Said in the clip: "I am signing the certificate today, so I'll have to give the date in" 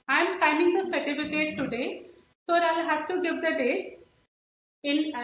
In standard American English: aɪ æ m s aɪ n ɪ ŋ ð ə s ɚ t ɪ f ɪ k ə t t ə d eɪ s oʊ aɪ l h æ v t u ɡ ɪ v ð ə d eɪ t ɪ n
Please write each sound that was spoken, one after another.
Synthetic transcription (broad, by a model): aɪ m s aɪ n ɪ ŋ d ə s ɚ t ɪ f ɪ k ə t t ə d eɪ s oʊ aɪ l h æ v t u ɡ ɪ v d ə d eɪ ɪ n